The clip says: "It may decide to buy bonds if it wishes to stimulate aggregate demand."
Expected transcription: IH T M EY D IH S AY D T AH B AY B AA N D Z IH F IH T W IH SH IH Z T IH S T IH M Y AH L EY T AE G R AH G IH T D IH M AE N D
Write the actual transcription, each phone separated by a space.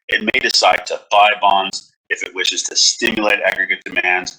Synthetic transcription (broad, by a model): IH T M EY D IH S AY D T AH B AY B AA N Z IH F IH T W IH SH IH Z T IH S T IH M Y AH L EY T AE G R AH G IH T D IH M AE N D